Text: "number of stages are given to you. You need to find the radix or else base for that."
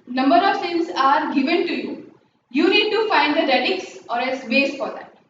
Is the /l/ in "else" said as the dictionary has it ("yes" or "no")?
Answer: no